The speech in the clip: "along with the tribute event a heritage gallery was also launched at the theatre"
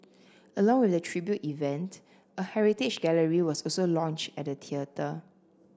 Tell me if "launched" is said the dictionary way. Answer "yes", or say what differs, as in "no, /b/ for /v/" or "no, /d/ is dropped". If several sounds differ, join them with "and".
yes